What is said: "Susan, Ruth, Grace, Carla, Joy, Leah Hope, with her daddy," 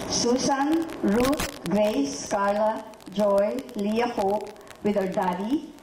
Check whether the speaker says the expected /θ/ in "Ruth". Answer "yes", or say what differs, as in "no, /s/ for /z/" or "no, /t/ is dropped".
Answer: no, /t/ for /θ/